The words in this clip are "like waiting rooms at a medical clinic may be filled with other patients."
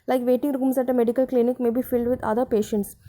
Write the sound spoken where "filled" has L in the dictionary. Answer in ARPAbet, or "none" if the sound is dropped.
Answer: L